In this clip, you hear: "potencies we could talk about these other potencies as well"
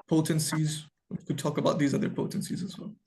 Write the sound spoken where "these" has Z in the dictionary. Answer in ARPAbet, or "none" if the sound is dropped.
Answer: Z